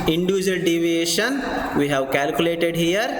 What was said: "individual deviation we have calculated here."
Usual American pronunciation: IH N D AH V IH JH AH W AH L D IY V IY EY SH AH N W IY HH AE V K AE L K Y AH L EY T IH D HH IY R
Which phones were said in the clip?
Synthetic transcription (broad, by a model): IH N D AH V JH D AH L D IY V IY EY SH AH N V IY HH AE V K AE L K Y AH L EY T IH D HH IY R